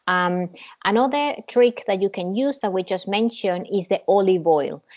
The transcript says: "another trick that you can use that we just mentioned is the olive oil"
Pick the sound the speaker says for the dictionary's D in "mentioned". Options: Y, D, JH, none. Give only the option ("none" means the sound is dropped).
none